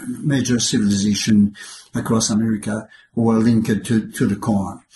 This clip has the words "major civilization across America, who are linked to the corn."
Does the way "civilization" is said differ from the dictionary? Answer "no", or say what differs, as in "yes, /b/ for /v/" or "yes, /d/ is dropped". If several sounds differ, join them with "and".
no